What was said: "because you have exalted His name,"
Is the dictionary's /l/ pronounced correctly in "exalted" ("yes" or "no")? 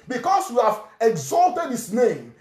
yes